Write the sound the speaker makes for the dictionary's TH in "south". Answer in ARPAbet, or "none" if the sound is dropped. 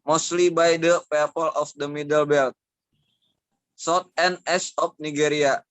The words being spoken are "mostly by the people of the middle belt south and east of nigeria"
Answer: T